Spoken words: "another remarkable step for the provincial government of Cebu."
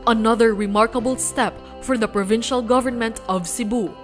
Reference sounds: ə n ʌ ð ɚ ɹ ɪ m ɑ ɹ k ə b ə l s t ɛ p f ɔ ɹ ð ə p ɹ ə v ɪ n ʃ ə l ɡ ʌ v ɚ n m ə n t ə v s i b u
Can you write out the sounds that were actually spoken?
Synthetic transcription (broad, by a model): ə n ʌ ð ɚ ɹ ɪ m ɑ ɹ k ə b ə l s t ɛ p f ɔ ɹ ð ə p ɹ ə v ɪ n ʃ ə l ɡ ʌ v ɚ n m ə n t ə v s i b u